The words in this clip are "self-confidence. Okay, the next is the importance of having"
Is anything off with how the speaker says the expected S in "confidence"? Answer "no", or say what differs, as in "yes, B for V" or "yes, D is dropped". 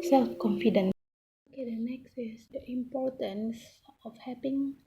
yes, S is dropped